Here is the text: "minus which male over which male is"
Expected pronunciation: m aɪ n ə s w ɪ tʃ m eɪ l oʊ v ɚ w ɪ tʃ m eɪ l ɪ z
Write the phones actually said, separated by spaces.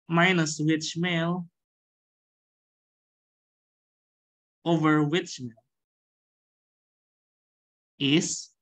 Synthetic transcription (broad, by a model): m aɪ n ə s w ɪ tʃ m eɪ l oʊ v ɚ w ɪ tʃ m eɪ l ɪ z